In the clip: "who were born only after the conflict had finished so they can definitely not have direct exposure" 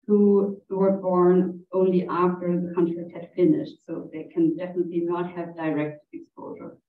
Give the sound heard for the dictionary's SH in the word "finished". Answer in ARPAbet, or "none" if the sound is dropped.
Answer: SH